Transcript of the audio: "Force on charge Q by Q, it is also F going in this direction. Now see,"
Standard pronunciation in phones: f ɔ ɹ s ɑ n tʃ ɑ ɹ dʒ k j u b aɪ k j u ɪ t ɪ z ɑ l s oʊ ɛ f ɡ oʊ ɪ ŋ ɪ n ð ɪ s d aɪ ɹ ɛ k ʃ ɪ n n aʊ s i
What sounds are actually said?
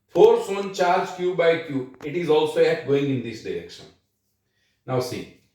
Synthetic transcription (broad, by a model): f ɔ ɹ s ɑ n tʃ ɑ ɹ dʒ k j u b aɪ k j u ɪ t ɪ z ɑ l s oʊ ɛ p ɡ oʊ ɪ ŋ ɪ n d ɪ s d aɪ ɹ ɛ k ʃ ɪ n n aʊ s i